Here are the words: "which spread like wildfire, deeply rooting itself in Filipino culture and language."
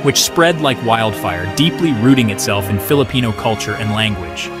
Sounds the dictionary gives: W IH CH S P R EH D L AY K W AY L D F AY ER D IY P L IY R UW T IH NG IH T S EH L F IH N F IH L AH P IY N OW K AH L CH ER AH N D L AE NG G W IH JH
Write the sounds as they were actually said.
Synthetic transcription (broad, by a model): W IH CH S P R EH D L AY K W AY L D F AY ER D IY P L IY R UW T IH NG IH T S EH L F IH N F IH L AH P IY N OW K AH L CH ER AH N L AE NG G W IH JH